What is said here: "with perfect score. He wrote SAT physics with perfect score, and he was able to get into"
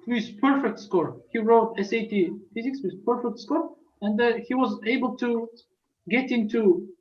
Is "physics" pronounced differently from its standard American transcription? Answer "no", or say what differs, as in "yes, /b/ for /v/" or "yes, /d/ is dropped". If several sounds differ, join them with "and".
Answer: no